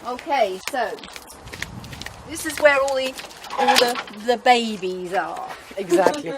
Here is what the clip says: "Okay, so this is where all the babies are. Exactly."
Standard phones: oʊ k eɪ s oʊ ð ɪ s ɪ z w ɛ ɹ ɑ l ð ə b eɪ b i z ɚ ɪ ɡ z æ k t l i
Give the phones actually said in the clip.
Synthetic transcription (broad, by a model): oʊ k eɪ s oʊ ð ɪ s ɪ z w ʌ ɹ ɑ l ð ə b eɪ b i z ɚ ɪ ɡ z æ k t l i